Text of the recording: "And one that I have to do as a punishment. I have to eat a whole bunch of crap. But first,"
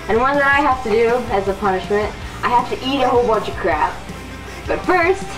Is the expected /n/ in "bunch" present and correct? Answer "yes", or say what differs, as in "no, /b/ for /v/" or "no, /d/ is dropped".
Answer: no, /n/ is dropped